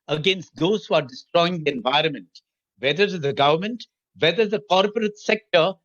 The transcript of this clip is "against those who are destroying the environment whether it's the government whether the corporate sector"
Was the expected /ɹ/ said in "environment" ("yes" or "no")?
yes